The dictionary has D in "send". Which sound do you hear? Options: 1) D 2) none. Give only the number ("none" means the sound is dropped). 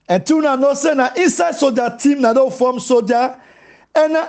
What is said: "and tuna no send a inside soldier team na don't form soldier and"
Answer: 2